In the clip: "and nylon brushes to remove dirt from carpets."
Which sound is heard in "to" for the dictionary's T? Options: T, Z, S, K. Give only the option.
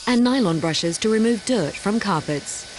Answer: T